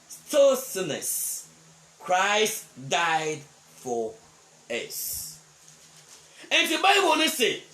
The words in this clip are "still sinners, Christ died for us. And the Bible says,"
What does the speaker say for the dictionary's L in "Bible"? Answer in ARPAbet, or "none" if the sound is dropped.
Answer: N